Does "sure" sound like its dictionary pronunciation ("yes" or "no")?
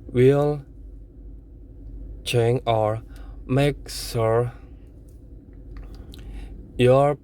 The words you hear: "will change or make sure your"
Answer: no